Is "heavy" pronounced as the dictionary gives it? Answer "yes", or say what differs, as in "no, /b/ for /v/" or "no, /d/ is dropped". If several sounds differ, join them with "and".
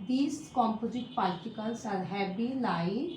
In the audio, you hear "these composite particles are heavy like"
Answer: no, /b/ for /v/